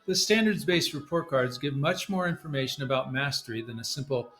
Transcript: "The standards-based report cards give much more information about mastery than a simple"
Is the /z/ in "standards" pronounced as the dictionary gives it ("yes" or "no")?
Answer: yes